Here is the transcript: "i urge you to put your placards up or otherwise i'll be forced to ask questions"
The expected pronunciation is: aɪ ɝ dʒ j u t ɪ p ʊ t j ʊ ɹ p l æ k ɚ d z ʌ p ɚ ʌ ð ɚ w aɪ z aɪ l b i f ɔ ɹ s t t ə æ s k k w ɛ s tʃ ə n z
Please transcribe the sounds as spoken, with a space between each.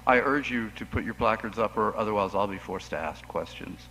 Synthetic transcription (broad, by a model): aɪ ɝ dʒ j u t ɪ p ʊ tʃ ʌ ɹ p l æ k ɚ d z ʌ p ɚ ʌ ð ɚ w aɪ z aɪ l b i f ɔ ɹ s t t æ s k k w ɛ s tʃ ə n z